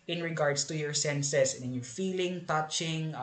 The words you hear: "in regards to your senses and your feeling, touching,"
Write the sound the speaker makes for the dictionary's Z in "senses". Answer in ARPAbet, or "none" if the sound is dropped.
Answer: S